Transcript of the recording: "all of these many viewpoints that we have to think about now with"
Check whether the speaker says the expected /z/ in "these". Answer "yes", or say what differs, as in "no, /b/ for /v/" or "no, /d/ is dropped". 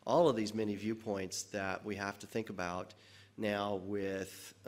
yes